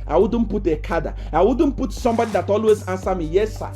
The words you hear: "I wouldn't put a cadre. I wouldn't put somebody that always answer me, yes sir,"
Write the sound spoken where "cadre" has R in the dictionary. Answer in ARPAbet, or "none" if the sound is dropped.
none